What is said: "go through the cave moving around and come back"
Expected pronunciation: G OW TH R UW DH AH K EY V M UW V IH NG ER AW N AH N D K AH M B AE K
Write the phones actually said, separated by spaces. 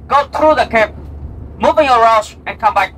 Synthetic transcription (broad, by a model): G OW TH R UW DH AH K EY P M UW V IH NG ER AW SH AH N K AH M B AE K